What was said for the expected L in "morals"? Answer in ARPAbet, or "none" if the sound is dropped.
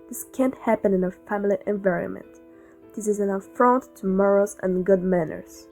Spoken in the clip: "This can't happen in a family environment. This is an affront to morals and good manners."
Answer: none